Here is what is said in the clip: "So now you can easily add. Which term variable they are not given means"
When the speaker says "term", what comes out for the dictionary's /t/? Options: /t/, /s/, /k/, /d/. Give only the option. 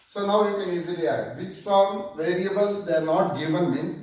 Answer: /s/